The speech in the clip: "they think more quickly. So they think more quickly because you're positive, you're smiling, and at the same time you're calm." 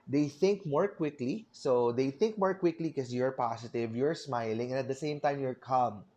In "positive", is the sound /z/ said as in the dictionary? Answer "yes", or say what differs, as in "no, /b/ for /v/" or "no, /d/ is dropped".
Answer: no, /s/ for /z/